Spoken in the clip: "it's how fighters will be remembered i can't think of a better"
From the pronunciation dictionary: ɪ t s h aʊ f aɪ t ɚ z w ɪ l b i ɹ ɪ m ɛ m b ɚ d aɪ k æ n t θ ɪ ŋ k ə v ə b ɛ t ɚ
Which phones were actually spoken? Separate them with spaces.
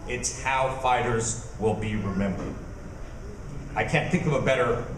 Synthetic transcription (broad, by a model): ɪ t s h aʊ f aɪ t ɚ z w ɪ l b i ɹ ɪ m ɛ m b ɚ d aɪ k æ n θ ɪ ŋ k ə v ə b ɛ t ɚ